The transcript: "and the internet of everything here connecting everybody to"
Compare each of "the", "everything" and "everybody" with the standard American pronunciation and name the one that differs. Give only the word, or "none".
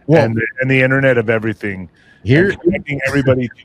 none